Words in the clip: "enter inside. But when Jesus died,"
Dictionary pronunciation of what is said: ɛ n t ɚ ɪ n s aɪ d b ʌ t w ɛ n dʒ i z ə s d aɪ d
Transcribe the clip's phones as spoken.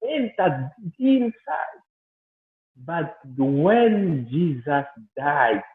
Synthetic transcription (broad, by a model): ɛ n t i ɪ n s aɪ d b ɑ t w ɛ n dʒ i z ə s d aɪ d